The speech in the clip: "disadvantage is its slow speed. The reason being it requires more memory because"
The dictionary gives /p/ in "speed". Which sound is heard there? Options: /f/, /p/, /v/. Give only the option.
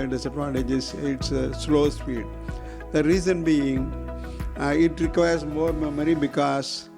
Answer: /f/